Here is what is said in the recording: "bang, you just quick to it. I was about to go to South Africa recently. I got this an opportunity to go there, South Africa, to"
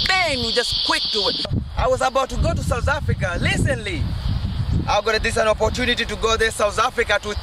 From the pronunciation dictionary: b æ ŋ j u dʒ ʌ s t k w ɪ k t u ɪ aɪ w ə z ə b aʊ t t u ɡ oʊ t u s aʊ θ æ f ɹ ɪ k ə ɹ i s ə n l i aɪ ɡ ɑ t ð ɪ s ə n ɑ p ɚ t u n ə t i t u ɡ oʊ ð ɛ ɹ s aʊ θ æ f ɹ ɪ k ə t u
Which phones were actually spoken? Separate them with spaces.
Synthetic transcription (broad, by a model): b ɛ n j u dʒ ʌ s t k w ɪ k t u ɪ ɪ w ə z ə b aʊ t t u ɡ oʊ t u s aʊ θ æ f ɹ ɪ k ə l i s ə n l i aɪ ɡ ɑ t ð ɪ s ə n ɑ p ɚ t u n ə t i t u ɡ oʊ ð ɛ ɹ s aʊ θ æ f ɹ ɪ k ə t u